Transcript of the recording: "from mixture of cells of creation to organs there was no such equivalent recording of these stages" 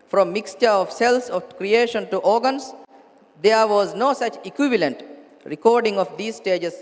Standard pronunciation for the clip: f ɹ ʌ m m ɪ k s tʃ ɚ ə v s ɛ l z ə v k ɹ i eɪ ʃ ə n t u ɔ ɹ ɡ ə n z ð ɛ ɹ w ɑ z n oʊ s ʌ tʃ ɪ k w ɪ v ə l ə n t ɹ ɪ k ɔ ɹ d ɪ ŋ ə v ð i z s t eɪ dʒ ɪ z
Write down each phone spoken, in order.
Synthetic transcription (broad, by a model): f ɹ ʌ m m ɪ k s tʃ ɚ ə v s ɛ l s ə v k ɹ i eɪ ʃ ə n t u ɔ ɹ ɡ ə n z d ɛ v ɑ z n oʊ s ʌ tʃ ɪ k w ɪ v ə l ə n t ɹ ɪ k ɔ ɹ d ɪ ŋ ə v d i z s t eɪ dʒ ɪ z